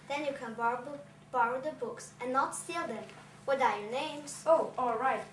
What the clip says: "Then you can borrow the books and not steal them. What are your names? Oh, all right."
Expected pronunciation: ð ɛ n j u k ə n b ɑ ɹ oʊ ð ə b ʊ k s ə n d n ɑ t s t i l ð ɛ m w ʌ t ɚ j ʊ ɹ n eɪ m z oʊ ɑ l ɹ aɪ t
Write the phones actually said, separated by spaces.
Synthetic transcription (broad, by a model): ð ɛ n j u k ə n b ɑ ɹ oʊ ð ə b ʊ k s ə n n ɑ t s t i l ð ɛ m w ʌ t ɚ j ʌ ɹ n eɪ m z oʊ ɑ l ɹ aɪ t